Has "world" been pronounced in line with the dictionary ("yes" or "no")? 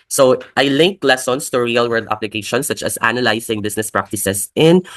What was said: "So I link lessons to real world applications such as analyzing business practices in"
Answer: no